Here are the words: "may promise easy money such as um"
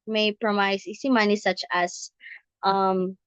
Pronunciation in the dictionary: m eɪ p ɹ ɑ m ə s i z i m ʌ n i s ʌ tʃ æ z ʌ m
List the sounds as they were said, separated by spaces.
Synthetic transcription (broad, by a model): m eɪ p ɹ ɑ m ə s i s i m ʌ n i s ʌ tʃ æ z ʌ m